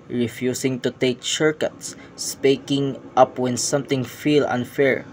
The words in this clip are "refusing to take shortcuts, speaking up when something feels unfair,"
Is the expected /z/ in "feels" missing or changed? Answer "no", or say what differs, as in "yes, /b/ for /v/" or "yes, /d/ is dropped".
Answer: yes, /z/ is dropped